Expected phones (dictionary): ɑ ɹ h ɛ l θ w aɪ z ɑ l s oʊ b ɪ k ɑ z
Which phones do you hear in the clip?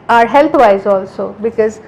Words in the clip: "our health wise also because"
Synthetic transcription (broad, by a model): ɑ ɹ h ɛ l t w aɪ z ɑ l s oʊ b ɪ k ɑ z